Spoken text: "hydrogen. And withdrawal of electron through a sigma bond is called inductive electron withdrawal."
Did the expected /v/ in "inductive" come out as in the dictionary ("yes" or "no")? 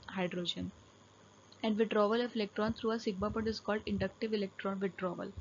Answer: yes